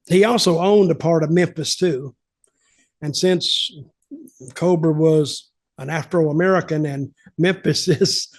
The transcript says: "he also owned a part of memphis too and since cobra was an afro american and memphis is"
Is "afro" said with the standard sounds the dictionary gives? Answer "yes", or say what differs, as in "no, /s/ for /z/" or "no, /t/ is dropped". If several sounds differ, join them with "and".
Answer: yes